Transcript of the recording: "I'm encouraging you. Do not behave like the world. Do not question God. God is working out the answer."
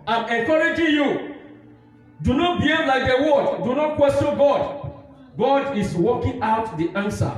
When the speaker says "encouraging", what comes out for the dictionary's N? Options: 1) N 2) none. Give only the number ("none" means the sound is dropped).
2